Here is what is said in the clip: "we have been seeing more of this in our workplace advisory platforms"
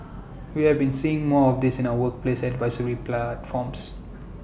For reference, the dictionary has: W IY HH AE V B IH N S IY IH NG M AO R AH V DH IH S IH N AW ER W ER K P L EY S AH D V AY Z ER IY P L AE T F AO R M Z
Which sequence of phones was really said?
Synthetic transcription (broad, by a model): W IY HH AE V B IH N S IY IH NG M AO R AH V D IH S IH N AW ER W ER K P L EY S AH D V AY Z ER IY P L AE T F AO M S